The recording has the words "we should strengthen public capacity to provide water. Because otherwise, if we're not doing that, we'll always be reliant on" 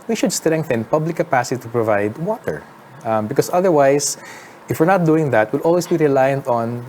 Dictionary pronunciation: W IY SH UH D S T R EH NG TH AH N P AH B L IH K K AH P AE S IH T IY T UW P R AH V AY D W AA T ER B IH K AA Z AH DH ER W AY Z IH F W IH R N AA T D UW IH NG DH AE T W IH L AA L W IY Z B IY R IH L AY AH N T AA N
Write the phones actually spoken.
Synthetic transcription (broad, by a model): W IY SH UH D S T R EH NG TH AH N P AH B L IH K K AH P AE S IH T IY T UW P R AH V AY D W AA T ER B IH K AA S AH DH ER W AY S IH F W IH R N AA T D UW IH NG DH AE T W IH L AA L W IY S B IY R IH L AY AH N T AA N